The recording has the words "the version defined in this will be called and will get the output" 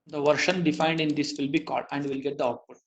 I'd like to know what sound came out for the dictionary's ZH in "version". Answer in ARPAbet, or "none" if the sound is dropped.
SH